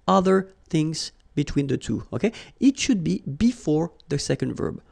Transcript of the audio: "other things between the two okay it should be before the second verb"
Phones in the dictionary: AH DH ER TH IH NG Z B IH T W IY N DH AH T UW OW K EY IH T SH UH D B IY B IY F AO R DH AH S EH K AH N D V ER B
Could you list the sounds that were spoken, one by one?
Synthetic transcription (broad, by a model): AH DH ER TH IH NG Z B IH T W IY N DH AH T UW OW K EY IH T SH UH D B IY B IY F AO R DH AH S EH K AH N D V ER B